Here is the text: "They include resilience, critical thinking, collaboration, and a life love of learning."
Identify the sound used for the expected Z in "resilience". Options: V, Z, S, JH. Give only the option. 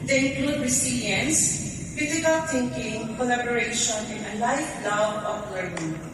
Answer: S